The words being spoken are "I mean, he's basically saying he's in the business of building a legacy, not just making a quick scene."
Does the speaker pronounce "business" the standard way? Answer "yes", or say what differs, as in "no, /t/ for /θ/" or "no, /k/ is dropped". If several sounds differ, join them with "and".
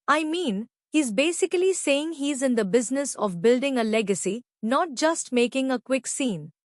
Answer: yes